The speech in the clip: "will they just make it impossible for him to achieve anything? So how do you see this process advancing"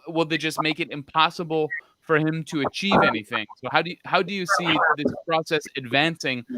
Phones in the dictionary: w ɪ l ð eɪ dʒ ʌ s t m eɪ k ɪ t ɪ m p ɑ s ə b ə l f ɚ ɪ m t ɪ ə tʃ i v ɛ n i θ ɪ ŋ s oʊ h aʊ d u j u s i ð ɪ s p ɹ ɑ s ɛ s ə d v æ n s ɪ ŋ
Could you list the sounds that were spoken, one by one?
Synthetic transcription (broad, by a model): w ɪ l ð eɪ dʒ ʌ s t m eɪ k ɪ t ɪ m p ɑ s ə b l f ɚ ɪ m t ɪ ə tʃ i v ɛ n i θ ɪ ŋ s oʊ h aʊ d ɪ j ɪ s i ð ɪ s p ɹ ɑ s ɛ s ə d v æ n s ɪ ŋ